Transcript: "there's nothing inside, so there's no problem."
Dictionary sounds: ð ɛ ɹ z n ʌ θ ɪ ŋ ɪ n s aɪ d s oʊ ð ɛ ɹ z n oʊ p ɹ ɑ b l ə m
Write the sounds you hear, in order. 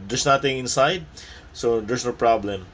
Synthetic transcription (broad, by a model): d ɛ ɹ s n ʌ t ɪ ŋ ɪ n s aɪ d s oʊ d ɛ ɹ s n oʊ p ɹ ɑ b l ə m